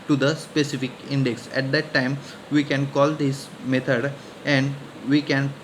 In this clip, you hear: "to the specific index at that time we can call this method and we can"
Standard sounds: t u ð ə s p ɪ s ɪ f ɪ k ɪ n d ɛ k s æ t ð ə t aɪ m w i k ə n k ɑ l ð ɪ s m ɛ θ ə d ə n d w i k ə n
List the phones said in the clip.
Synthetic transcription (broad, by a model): t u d ə s p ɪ s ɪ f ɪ k ɪ n d ɛ k s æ t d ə t aɪ m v i k ə n k ɑ l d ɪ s m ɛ t ə d ə n d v i k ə n